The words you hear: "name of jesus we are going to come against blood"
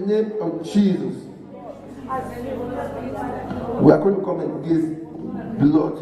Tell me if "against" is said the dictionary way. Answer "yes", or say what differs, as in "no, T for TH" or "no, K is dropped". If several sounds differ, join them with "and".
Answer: no, N is dropped